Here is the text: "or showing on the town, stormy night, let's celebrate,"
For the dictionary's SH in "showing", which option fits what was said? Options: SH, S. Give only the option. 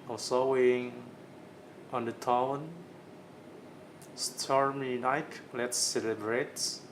S